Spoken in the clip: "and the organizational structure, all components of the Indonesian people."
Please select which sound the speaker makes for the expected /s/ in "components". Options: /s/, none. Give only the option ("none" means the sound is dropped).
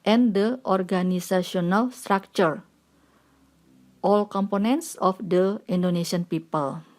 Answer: /s/